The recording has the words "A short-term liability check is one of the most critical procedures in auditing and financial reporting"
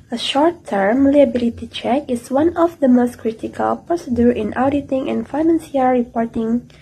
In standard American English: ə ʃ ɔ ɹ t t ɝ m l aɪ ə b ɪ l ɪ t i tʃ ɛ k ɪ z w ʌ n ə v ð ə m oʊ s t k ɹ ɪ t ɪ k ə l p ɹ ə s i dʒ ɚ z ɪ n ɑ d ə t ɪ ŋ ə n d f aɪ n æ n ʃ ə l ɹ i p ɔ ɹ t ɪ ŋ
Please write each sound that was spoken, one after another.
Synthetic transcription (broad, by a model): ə ʃ ɔ ɹ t t ɝ m l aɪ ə b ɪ l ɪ t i tʃ ɛ k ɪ s w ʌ n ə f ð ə m oʊ s t k ɹ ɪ t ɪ k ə l p ɹ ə s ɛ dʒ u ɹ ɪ n ɑ d ə t ɪ ŋ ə n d f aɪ n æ n s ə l ɹ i p ɔ ɹ t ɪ ŋ